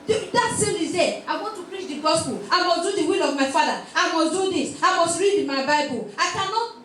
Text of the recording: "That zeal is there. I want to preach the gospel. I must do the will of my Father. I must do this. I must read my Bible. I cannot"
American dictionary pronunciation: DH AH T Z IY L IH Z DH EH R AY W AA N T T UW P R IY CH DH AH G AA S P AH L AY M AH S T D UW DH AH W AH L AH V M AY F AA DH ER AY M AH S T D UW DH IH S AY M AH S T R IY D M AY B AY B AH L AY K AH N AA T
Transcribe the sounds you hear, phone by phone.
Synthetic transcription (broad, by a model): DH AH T S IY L IH Z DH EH AY W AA N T T UW P R IY CH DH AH G AA S P AH L AY M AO S D UW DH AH W AH L AH V M AY F AA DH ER AY M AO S D UW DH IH S AY M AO S T R IY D M AY B AY B AH L AY K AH N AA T